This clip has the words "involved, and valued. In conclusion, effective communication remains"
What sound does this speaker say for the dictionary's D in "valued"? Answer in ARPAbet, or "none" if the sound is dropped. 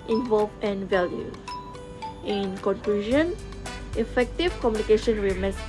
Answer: none